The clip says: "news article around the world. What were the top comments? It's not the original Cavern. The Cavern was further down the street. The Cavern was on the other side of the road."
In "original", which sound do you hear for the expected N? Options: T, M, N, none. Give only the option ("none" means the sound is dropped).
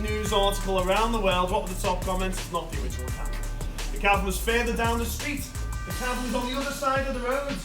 none